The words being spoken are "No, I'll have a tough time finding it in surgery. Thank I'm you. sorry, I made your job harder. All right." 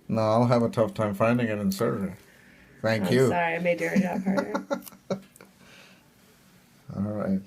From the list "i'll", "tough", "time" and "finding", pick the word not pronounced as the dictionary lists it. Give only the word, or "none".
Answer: none